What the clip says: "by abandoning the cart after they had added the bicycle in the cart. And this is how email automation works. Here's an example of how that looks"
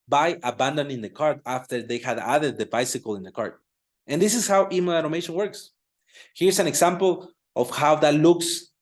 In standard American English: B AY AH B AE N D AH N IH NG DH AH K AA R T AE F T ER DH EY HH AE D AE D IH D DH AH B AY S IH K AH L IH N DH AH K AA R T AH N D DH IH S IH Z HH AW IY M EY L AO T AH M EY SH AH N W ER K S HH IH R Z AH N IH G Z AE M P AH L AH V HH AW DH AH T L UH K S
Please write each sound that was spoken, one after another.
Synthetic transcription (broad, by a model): B AY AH B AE N D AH N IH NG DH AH K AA R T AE F T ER DH EY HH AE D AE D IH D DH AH B AY S IH K AH L IH N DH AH K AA R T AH N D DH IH S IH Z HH AW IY M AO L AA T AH M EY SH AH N W ER K S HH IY R S AH N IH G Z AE M P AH L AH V HH AW DH AH T L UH K S